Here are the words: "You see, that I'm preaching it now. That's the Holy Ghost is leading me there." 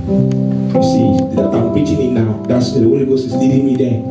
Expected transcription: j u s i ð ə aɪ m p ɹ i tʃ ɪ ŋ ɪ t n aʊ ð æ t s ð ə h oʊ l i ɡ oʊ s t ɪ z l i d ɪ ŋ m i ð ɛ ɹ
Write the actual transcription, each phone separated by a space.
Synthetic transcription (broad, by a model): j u s i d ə aɪ m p ɹ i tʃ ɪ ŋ ɪ t n aʊ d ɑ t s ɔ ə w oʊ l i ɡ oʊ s ɪ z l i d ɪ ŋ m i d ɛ